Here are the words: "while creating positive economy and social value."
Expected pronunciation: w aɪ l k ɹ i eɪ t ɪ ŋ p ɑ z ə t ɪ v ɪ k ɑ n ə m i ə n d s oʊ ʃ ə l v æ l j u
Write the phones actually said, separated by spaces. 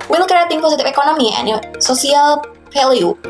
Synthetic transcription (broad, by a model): w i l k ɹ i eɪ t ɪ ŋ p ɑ s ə t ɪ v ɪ k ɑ n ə m i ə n s oʊ s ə l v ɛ l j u